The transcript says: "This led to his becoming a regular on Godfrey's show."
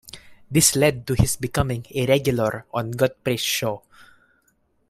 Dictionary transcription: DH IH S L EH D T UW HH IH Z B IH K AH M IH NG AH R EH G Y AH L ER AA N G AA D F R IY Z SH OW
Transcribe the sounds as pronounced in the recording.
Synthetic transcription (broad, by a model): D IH S L EH D T UW HH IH S B IH K AH M IH NG AH R EH G Y AH L ER AA N G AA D P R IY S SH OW